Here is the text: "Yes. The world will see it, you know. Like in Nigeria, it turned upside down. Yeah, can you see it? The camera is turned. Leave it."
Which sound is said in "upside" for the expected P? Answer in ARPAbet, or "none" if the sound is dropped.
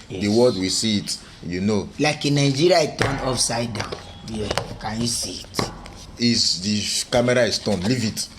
F